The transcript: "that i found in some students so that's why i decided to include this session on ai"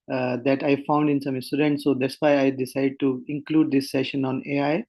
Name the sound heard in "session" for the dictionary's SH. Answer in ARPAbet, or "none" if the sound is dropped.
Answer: SH